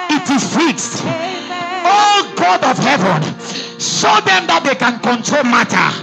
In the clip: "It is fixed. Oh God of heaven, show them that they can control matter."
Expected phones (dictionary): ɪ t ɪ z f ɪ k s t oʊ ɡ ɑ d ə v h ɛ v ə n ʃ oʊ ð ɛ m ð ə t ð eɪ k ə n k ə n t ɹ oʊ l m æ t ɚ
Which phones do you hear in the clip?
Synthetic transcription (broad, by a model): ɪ t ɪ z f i k s t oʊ ɡ ɑ d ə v h ɛ v ə n s oʊ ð ɛ m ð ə t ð eɪ k ə n k ə n t ɹ oʊ l m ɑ t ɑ